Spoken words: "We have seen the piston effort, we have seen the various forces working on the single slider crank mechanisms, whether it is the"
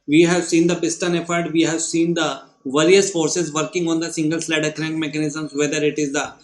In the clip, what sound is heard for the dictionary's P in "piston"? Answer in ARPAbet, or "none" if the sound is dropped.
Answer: B